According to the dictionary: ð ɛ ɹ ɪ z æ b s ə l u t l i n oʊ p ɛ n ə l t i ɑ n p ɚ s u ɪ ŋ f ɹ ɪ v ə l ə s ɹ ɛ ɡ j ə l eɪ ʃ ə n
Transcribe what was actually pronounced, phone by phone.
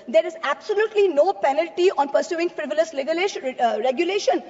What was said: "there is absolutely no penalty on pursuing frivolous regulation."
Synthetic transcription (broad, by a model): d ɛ ɹ ɪ z æ b s ə l u t l i n oʊ p ɛ n ə l t i ɑ n p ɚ s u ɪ ŋ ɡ ɹ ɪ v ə l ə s ɹ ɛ ɡ j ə l eɪ ʃ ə n